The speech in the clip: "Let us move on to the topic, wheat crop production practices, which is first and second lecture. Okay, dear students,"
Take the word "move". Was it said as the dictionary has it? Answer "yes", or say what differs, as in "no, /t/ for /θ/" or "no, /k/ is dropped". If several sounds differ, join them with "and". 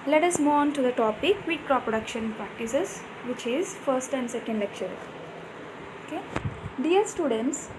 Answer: no, /v/ is dropped